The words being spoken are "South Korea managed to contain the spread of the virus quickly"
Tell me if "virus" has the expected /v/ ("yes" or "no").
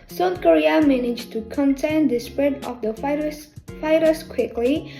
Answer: no